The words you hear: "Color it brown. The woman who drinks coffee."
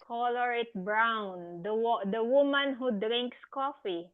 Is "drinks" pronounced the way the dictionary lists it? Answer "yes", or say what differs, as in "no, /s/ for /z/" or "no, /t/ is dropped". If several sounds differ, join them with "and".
yes